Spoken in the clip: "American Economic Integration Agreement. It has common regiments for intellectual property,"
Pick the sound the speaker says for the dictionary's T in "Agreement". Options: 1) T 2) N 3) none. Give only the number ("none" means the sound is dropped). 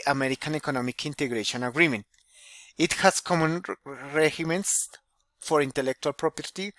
1